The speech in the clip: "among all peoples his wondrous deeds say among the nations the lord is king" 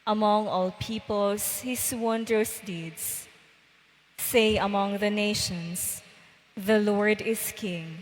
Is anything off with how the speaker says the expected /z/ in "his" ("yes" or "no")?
yes